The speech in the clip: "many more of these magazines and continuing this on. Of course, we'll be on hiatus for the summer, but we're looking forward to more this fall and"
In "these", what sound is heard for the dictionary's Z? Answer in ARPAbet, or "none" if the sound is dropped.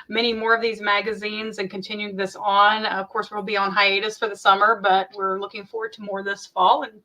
Z